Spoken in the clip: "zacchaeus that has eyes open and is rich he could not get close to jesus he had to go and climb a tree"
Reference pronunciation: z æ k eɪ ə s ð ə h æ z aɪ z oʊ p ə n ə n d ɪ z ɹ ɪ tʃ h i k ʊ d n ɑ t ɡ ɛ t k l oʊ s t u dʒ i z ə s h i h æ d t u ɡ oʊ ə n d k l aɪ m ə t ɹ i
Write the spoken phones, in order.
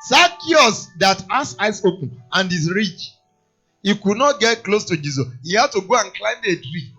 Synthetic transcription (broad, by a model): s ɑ k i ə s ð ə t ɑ s aɪ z oʊ p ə n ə n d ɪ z ɹ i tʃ h i k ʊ d n ɑ t ɡ ɛ t k l oʊ s t u dʒ i z ə s h i h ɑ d t u ɡ oʊ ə n k l aɪ m ə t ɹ i